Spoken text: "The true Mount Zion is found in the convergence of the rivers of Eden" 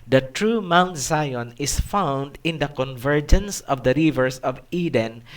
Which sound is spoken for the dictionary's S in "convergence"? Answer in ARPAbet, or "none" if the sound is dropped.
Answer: S